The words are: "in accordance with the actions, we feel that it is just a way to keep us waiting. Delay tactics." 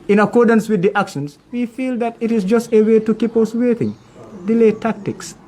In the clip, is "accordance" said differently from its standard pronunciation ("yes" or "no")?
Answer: no